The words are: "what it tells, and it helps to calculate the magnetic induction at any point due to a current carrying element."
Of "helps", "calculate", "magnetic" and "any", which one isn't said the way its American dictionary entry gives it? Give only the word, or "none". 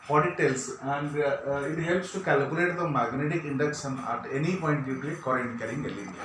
none